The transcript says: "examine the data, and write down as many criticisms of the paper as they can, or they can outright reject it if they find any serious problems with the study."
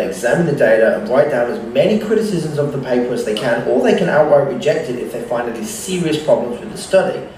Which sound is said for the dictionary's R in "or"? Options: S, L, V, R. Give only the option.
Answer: L